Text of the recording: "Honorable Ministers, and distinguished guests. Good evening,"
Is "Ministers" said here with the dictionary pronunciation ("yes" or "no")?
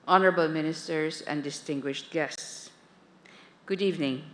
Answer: no